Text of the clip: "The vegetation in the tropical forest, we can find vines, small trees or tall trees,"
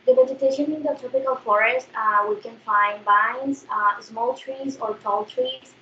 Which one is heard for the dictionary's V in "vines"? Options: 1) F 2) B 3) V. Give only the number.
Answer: 2